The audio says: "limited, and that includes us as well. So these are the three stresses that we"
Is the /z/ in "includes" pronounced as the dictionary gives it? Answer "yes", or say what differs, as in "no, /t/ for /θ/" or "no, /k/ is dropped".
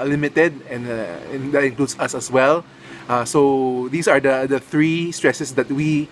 no, /s/ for /z/